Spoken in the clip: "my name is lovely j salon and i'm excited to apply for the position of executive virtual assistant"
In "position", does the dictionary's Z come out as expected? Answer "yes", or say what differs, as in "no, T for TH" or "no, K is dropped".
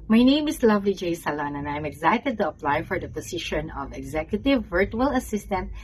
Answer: no, S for Z